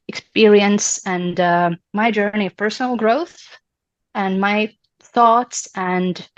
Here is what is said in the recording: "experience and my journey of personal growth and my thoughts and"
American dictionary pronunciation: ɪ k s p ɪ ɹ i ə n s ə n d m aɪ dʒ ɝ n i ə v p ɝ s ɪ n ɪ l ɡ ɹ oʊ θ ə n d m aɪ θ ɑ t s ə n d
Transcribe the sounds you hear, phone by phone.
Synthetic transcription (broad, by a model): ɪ k s p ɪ ɹ i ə n s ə n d m aɪ dʒ ɝ n i ə v p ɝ s n l ɡ ɹ oʊ θ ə n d m aɪ θ ɑ t s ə n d